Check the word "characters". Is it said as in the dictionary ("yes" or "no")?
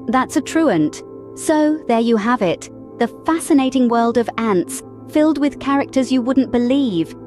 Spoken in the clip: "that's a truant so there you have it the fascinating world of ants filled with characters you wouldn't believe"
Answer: yes